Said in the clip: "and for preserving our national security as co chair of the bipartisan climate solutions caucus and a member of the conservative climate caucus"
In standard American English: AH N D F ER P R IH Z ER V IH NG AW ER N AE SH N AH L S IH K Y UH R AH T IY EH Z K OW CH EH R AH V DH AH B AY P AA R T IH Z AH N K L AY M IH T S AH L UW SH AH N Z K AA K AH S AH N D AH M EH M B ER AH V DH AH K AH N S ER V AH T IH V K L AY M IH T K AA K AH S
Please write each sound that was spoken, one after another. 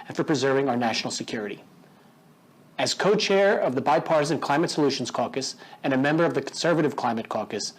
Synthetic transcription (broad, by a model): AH N F ER P R IH Z ER V IH NG AW ER N AE SH N L S IH K Y UH R AH T IY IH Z K OW CH EH R AH V DH AH B AY P AA R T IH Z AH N K L AY M IH T S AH L UW SH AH N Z K AA K AH S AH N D AH M EH M B ER AH V DH AH K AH N S ER V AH T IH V K L AY M IH T K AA K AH S